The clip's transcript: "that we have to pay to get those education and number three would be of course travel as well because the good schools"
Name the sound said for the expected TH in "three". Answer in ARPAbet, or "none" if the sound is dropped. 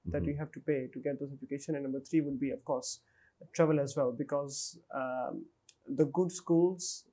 T